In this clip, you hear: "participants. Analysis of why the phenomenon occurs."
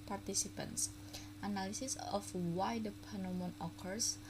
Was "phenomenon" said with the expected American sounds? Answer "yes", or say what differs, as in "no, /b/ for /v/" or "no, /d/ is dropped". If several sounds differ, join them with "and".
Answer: no, /p/ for /f/